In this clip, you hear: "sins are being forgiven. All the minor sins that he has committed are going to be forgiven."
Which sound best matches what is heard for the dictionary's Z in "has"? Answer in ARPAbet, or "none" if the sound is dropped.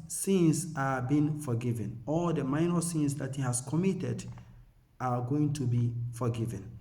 S